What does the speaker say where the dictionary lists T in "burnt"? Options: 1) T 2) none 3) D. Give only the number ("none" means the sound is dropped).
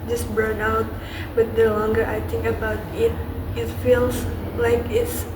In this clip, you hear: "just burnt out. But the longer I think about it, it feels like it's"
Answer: 2